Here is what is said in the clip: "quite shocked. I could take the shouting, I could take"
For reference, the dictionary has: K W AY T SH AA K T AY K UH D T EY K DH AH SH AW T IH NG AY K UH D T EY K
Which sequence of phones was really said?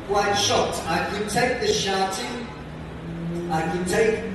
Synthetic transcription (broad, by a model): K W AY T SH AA T AY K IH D T EY K DH AH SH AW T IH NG AY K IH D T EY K